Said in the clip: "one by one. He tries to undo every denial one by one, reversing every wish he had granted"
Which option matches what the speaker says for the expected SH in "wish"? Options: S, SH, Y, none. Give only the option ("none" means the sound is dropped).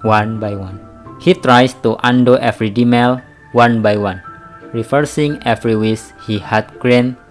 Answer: S